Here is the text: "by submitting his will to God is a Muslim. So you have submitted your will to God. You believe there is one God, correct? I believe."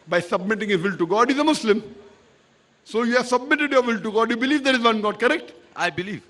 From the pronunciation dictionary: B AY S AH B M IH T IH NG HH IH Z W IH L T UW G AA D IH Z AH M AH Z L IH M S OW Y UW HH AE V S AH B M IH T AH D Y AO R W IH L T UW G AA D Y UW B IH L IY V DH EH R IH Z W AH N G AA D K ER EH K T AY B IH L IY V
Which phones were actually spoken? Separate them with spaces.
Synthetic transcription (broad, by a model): B AY S AH B M IH T IH NG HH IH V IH L T UW G AA D IH Z AH M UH S L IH M S OW Y UW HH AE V S AH B M IH T AH D Y AO R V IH L T UW G AA D Y UW B IH L IY V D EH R IH Z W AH N G AA D K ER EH K T AY B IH L IY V